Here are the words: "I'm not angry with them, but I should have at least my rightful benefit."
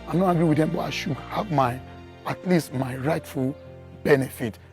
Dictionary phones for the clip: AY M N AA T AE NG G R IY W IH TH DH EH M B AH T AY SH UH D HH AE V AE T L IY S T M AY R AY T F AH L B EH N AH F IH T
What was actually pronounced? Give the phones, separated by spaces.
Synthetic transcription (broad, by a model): AY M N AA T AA G R IY W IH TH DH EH M B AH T AY SH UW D HH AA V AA T L IY S T M AY R AY T F AH L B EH N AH F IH T